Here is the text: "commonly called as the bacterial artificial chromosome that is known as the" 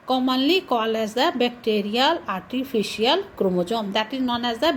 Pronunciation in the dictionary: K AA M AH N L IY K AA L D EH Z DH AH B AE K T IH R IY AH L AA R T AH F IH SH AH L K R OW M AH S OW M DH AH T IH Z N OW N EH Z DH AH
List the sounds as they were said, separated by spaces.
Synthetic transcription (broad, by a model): K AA M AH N L IY K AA L EH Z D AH B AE K T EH R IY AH L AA R T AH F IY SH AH L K R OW M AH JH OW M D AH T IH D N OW N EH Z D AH